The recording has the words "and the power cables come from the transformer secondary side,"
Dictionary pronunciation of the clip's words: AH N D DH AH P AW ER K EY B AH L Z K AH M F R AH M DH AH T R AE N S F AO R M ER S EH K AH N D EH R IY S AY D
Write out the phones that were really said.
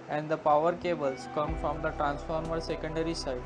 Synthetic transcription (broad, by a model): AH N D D AH P AW ER K EY B AH L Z K AH M F R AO M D AH T R AE N S F AO R M ER S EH K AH N D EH R IY S AY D